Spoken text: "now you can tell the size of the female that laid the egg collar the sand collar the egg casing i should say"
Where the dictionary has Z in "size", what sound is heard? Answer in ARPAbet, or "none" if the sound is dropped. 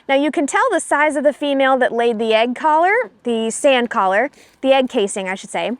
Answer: Z